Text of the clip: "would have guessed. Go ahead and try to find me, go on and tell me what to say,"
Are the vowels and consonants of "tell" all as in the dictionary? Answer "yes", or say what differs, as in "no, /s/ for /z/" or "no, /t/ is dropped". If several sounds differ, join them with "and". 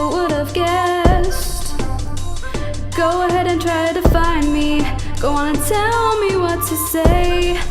yes